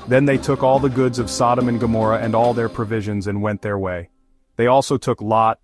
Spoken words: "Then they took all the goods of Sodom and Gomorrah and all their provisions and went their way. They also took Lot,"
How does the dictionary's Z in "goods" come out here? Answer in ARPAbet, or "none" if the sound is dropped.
Z